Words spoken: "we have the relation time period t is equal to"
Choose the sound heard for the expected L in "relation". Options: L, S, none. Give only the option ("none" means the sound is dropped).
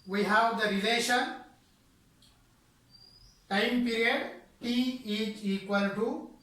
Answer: L